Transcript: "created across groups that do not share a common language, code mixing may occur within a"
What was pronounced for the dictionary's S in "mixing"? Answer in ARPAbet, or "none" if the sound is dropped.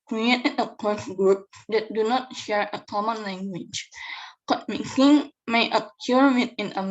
none